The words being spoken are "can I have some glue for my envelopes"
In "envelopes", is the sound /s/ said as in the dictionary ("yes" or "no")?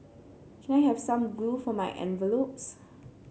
yes